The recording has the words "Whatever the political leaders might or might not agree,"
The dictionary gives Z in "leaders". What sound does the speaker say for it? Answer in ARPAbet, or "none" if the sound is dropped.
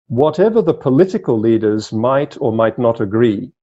Z